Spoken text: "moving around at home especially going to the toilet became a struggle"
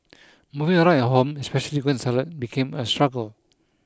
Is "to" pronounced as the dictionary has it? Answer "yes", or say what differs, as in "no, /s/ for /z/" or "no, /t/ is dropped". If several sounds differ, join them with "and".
no, /s/ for /t/